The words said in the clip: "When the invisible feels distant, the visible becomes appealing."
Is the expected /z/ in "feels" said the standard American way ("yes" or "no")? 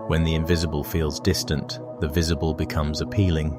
yes